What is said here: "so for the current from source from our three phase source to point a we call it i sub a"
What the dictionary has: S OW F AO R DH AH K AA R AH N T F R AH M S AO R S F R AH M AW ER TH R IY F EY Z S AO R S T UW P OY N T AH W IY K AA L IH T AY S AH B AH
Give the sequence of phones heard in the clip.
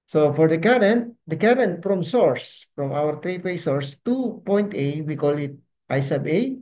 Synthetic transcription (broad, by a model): S OW F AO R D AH K AA R AH N T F R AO M S AO R S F R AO M AW ER T R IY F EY S AO R S T UW P OY N T AH W IY K AA L IH T AY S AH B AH